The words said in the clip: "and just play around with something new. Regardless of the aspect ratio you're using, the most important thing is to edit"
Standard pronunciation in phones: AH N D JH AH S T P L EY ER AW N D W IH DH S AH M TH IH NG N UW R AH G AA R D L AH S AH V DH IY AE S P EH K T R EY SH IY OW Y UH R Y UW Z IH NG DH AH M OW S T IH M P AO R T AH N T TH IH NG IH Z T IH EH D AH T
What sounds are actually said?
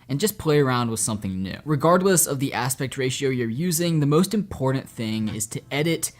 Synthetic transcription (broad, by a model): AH N JH AH S P L EY ER AW N D W IH DH S AH M TH IH NG N UW R AH G AA R D L AH S AH V DH IY AE S P EH K T R EY SH IY OW Y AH R Y UW Z IH NG DH AH M OW S T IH M P AO R T N TH IH NG IH Z T IH EH D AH T